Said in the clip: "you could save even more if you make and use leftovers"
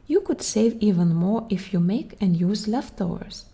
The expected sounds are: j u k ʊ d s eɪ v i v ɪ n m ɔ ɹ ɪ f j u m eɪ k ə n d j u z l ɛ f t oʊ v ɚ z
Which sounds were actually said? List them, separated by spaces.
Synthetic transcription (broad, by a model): j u k ʊ d s eɪ v i v ɪ n m ɔ ɹ ɪ f j u m eɪ k ə n d j u z l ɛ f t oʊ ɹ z